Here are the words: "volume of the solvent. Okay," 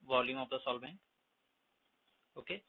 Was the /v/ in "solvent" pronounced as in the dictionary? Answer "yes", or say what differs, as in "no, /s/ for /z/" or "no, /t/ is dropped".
no, /b/ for /v/